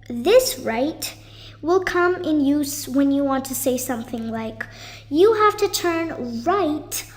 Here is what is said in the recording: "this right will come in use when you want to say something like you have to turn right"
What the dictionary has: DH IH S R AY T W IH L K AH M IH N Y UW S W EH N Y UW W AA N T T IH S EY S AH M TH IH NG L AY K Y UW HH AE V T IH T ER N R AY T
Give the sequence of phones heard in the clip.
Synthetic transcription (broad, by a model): DH IH S R AY T W IH L K AH M IH N Y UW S W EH N Y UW W AA N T T IH S EY S AH M TH IH NG L AY K Y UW HH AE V T IH T ER N R AY T